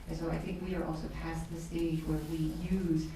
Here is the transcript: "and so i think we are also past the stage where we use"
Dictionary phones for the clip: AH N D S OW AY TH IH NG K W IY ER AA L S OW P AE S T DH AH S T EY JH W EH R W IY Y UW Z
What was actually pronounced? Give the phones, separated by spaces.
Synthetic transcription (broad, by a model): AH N S OW AY TH IH NG K W IY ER AA L S OW P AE S DH AH S T EY JH W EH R W IY Y UW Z